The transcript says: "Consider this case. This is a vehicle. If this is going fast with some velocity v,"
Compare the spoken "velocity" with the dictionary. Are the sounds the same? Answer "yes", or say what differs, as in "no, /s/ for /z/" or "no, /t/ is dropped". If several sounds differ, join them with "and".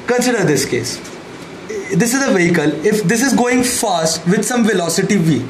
yes